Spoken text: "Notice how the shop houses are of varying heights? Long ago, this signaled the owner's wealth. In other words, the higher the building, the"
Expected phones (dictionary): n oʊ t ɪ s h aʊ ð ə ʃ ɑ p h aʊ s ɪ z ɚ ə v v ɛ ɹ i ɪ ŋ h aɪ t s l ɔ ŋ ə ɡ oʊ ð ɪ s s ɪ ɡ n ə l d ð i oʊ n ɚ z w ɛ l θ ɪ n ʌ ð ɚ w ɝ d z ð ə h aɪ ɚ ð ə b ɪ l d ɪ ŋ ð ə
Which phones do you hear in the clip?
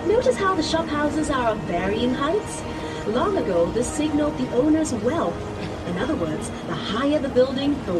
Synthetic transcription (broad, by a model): n oʊ t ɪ s h aʊ ð ə ʃ ɑ p h aʊ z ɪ z ɚ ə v v ɛ ɹ i ɪ ŋ h aɪ t s l ɔ ŋ ə ɡ oʊ ð ɪ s s ɪ ɡ n l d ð i oʊ n ɚ z w ɛ l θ ɪ n ʌ ð ɚ w ɝ d z ð ə h aɪ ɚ ð ə b ɪ l d ɪ ŋ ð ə